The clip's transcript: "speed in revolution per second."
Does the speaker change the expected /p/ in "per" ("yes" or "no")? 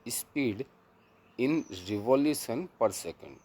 no